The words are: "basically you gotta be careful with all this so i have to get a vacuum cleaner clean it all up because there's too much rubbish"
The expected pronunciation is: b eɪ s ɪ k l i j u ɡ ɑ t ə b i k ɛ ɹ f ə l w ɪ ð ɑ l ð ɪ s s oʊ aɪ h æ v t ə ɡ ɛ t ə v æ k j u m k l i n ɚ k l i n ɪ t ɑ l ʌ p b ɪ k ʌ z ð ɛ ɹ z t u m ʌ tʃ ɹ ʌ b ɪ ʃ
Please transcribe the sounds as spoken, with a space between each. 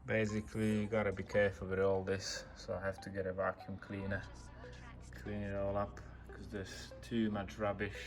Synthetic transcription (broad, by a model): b eɪ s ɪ k l i ɡ ɑ t ə b i k ɛ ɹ f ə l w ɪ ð ɑ l ð ɪ s s oʊ aɪ h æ f t ə ɡ ɛ t ə v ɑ k j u m k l i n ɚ k l i n ɪ t ɑ l ʌ p k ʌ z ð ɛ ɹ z t u m ʌ tʃ ɹ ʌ b ɪ ʃ